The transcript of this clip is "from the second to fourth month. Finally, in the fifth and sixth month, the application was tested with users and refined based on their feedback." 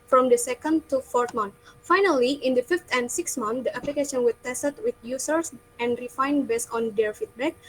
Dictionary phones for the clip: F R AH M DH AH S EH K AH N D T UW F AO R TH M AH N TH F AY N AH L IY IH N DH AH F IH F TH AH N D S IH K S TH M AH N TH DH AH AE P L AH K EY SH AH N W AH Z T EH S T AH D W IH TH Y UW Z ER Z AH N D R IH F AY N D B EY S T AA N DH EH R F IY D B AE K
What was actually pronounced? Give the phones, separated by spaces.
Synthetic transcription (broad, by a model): F R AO M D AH S EH K AH N D T UW F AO R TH M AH N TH F AY N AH L IY IH N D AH F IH F T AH N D S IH K S M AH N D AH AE P L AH K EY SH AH N W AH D T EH S T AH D W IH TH Y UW S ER S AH N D R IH F AY N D B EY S AA N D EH R F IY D B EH K